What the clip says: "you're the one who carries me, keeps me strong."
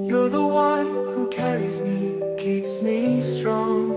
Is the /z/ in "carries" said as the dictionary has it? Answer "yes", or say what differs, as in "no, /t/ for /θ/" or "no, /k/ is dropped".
yes